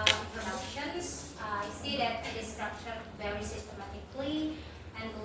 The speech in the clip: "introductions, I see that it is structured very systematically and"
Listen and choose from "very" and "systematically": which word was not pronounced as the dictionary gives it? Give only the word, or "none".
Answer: none